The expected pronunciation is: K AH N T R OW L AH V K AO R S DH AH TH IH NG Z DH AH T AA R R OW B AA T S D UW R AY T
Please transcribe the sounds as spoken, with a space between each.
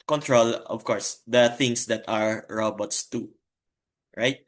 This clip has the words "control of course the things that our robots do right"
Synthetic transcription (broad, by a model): K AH N T R OW L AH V K AO R S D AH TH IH NG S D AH T AA R R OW B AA T S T UW R AY T